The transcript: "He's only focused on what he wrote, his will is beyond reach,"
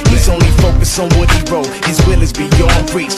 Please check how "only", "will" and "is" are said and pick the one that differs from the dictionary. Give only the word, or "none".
none